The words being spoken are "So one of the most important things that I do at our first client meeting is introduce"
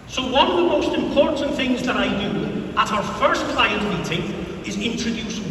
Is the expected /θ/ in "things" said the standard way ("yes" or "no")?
yes